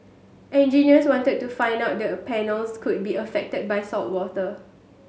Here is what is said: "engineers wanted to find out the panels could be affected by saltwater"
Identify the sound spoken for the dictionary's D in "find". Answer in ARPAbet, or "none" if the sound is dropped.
D